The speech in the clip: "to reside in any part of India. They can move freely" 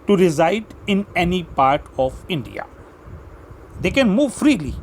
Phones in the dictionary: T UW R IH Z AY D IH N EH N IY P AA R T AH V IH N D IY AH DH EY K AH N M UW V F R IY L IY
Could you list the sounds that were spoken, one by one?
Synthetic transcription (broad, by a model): T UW R IH Z AY D IH N EH N IY P AA R T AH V IH N D IY AH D EY K AH N M UW V F R IY L IY